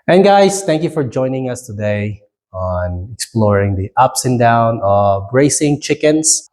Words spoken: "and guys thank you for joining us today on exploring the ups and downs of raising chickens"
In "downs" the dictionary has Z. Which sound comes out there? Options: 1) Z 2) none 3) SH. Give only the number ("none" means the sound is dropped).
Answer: 2